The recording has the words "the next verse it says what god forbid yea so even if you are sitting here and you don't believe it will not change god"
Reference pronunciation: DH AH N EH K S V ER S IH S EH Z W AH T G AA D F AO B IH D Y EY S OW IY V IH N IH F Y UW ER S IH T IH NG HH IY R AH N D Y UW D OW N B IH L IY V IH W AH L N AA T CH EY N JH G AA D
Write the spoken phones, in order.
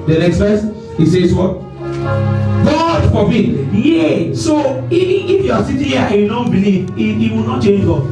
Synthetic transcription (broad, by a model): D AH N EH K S F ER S IH S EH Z W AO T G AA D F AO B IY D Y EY S OW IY IH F Y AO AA S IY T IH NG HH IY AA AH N Y UW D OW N B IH L IY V IH W AH L N AA T CH EY N JH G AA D